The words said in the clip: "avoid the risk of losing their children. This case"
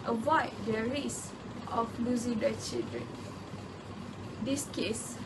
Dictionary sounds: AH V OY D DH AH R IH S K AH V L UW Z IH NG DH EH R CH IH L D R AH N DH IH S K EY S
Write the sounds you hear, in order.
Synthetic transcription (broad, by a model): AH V OY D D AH R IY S AH F L UW Z IH NG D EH CH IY L D R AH N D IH S K EY S